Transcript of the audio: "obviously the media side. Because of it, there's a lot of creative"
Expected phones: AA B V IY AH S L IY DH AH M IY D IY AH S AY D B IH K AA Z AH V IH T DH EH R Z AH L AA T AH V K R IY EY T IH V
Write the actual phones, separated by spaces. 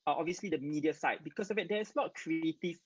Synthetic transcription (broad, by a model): AA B V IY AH S L IY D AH M IY D IY AH S AY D B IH K AA S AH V IH T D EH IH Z AH L AA T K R IY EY T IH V